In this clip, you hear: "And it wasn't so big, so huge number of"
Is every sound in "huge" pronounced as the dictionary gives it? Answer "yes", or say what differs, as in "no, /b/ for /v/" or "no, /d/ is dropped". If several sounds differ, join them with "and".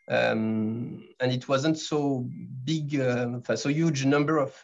yes